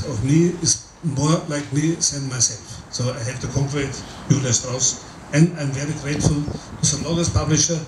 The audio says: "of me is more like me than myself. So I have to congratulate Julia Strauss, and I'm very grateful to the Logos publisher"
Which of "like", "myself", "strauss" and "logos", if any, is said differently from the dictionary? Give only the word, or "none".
logos